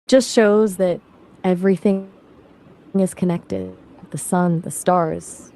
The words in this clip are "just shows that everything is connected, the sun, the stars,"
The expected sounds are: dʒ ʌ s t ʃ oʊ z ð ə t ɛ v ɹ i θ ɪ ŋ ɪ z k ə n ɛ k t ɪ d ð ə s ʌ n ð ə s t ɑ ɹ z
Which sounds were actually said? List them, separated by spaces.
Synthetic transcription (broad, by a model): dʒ ʌ s t ʃ oʊ z ð ə t ɛ v ɹ i θ ɪ ŋ ɪ z k ə n ɛ k t ɪ d ð ə s ʌ n ð ə s t ɑ ɹ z